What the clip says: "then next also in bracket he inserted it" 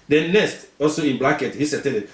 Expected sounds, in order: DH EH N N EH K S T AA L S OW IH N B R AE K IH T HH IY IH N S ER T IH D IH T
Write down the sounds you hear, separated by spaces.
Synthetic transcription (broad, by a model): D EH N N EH S T AA L S OW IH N B L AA K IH T HH IY S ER T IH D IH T